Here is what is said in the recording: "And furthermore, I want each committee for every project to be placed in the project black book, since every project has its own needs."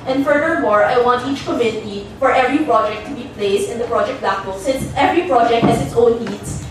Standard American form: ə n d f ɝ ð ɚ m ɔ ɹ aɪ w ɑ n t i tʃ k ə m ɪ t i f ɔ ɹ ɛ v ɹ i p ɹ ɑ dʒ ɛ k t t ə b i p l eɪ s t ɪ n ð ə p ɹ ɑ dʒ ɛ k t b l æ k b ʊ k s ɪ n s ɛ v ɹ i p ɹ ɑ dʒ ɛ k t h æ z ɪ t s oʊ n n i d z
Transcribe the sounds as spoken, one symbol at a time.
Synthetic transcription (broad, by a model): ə n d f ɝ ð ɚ m ɔ ɹ aɪ w ɑ n t i tʃ k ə m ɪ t i f ɔ ɹ ɛ v ɹ i p ɹ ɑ dʒ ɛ k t t ə b i p l eɪ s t ɪ n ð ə p ɹ ɑ dʒ ɛ k t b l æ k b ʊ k s ɪ n s ɛ v ɹ i p ɹ ɑ dʒ ɛ k t h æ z ɪ t s oʊ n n i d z